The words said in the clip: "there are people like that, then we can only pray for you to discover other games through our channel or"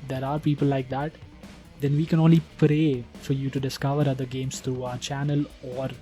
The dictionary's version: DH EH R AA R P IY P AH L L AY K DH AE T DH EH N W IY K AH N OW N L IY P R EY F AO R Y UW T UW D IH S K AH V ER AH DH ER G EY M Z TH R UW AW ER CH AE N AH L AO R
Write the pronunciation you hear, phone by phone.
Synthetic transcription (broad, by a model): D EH R AA R P IY P AH L L AY K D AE T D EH N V IY K AH N OW N L IY P R EY F AO R Y UW T UW D IH S K AH V ER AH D ER G EY M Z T R UW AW ER CH AE N AH L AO R